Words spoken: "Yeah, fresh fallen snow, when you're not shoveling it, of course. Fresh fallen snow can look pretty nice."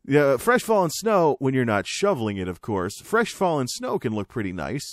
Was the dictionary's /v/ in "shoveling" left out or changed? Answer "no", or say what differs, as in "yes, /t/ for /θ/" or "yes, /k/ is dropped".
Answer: no